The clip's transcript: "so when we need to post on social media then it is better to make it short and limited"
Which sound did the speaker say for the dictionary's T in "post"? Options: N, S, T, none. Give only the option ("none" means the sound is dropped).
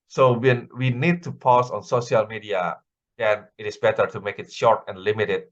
none